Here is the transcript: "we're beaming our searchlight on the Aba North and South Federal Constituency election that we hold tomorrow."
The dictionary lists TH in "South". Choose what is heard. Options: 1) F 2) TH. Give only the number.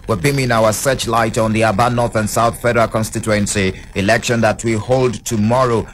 2